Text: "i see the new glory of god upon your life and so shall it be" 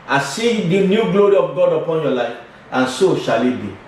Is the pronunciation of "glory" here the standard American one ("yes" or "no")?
yes